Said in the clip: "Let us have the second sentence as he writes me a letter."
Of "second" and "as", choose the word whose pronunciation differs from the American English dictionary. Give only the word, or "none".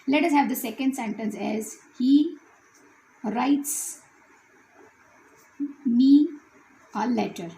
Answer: none